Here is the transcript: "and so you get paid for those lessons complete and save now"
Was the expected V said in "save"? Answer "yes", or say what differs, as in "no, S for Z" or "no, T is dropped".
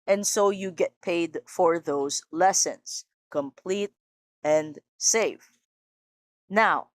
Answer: no, F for V